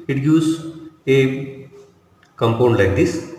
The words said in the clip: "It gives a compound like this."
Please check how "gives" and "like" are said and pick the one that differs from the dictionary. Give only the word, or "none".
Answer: gives